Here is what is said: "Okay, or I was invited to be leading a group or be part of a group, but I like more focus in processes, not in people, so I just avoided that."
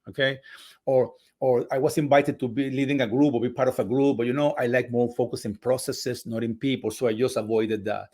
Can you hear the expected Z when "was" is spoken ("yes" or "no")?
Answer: no